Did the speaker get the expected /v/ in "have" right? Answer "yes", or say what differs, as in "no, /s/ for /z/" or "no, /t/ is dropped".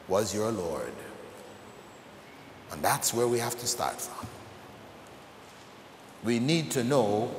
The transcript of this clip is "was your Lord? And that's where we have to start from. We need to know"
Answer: no, /f/ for /v/